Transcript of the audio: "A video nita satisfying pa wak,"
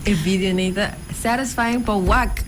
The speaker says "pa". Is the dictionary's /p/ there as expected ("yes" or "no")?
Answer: no